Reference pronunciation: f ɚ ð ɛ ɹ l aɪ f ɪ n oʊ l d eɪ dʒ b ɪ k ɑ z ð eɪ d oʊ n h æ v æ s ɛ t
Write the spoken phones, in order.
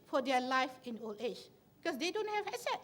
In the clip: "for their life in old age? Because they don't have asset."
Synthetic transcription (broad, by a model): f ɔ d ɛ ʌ l aɪ f ɪ n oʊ l eɪ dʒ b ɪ k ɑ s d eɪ d oʊ n h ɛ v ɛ s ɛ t